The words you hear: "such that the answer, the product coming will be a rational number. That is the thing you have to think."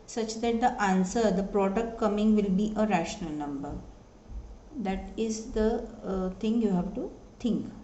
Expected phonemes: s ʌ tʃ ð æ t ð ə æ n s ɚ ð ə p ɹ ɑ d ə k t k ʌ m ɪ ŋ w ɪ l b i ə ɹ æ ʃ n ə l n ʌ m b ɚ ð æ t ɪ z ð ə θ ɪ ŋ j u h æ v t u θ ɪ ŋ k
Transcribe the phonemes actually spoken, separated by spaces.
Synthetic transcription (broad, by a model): s ʌ tʃ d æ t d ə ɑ n s ɚ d ə p ɹ ɑ d ə k t k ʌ m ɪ ŋ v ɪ l b i ə ɹ æ ʃ n ə l n ʌ m b ɚ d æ t ɪ z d ə t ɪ ŋ j u h æ v t u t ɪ ŋ k